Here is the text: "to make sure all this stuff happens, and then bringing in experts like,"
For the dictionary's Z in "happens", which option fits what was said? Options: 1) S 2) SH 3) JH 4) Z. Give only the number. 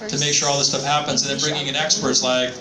4